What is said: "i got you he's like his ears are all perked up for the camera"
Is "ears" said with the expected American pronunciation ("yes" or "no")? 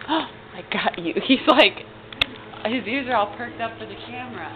yes